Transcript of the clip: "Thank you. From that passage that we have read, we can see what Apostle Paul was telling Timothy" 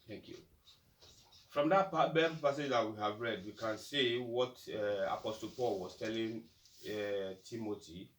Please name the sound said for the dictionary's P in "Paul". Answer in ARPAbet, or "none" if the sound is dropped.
P